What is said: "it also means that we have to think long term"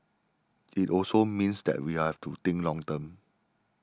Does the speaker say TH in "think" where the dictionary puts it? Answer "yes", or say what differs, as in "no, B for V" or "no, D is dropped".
no, T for TH